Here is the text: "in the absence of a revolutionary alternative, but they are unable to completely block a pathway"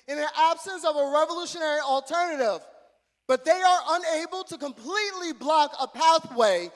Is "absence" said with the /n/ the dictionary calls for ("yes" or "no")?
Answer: yes